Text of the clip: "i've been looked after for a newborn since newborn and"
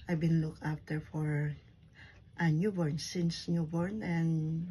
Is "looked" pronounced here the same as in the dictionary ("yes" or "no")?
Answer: no